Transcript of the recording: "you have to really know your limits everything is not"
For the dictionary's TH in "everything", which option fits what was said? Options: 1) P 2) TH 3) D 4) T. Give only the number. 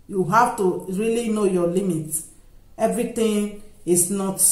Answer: 4